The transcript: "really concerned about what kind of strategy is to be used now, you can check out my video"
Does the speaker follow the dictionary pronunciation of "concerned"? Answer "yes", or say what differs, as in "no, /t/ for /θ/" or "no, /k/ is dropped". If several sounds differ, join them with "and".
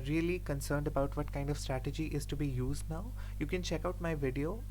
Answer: yes